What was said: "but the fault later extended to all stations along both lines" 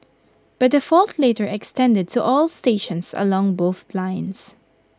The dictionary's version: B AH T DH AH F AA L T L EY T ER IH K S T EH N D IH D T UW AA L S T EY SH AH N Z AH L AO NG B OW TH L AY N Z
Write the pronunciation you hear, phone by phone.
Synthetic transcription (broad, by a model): B AH T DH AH F AA L T L EY T ER IH K S T EH N D IH D T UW AA L S T EY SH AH N S AH L AO NG B OW TH L AY N S